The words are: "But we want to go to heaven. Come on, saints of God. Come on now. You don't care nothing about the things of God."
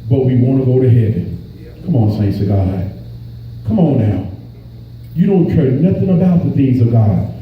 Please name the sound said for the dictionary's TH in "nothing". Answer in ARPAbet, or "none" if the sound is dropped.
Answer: TH